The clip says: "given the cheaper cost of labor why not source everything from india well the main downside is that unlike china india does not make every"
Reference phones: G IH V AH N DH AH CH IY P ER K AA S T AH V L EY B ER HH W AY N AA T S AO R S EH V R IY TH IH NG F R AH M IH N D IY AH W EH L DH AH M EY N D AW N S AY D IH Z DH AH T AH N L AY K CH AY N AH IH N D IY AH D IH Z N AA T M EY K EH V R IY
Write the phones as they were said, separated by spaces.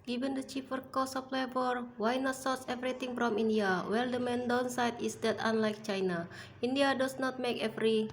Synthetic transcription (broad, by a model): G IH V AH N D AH CH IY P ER K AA S AH P L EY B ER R W AY N AA T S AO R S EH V R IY T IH NG F R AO M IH N D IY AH W EH L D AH M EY N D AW N S AY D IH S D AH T AH N L AY K CH AY N AH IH N D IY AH D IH S N AA T M EY K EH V R IY